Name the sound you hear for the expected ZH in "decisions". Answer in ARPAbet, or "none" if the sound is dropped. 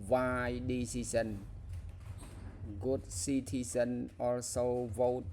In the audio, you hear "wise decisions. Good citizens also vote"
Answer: S